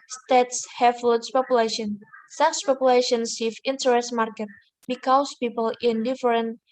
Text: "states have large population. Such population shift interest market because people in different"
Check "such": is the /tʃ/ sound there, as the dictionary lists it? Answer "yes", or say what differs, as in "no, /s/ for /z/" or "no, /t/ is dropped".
no, /s/ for /tʃ/